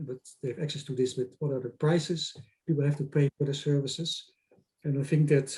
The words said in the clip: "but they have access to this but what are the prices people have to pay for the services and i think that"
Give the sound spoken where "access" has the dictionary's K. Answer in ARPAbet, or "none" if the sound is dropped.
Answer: K